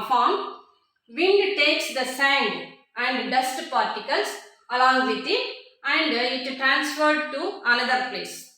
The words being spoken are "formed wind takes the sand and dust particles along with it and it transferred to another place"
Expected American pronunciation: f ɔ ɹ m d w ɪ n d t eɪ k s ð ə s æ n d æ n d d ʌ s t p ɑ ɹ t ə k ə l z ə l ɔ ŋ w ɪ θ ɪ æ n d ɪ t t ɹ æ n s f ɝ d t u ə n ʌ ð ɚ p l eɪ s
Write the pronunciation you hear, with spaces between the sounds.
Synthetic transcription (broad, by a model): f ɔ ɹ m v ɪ n d t eɪ k s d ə s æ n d æ n d d ʌ s t p ɑ ɹ t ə k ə l s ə l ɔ ŋ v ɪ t ɪ æ n d ɪ t t ɹ æ n s f ɝ d t u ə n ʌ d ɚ p l eɪ s